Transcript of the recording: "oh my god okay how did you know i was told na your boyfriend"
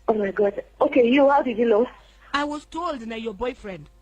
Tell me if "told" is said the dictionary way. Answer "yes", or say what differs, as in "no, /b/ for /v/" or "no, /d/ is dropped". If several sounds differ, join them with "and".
yes